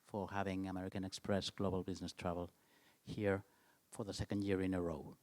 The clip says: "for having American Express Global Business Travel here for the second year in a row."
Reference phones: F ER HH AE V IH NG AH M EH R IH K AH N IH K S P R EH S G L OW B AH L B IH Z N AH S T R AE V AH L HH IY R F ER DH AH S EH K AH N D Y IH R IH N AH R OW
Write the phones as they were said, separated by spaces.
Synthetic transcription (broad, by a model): F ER HH AE V IH NG AH M EH R IH K AH N IH K S P R EH S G L OW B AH L B IH Z N AH S T R AE V AH L HH IY R F ER DH AH S EH K AH N D Y IH R IH N AH R OW